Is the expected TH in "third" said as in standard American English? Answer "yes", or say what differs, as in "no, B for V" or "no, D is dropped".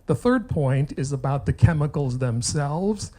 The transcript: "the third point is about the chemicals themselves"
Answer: yes